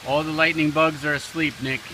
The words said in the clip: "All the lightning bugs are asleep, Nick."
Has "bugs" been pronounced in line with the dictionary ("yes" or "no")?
yes